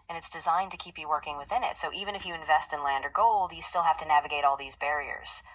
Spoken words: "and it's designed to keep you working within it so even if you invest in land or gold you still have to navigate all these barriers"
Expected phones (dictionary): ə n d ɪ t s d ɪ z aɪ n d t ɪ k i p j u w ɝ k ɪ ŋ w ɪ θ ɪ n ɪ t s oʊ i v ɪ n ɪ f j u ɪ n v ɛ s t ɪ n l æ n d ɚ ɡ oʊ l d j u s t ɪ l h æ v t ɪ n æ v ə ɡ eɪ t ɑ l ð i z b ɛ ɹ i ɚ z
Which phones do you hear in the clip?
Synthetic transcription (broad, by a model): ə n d ɪ t s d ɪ z aɪ n t ɪ k i p j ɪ w ɝ k ɪ ŋ w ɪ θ ɪ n ɪ t s oʊ i v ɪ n ɪ f j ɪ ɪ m v ɛ s t ɪ n l æ n d ɚ ɡ oʊ l d j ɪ s t ɪ l h æ f t ɪ n æ v ə ɡ eɪ t ɑ l ð i z b ɛ ɹ i ɚ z